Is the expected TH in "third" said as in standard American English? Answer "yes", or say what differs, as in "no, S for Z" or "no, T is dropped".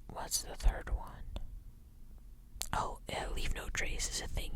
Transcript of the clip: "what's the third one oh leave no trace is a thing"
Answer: yes